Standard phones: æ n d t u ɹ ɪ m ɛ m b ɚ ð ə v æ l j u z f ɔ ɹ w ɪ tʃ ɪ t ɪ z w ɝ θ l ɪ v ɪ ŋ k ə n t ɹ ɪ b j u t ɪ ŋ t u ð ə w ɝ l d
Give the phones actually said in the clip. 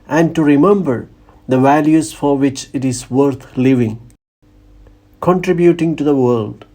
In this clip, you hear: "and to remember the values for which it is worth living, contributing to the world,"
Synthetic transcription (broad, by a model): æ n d t u ɹ ɪ m ɛ m b ɚ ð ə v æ l j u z f ɔ ɹ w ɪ tʃ ɪ t ɪ z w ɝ t l ɪ v ɪ ŋ k ə n t ɹ ɪ b j u t ɪ ŋ t u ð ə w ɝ l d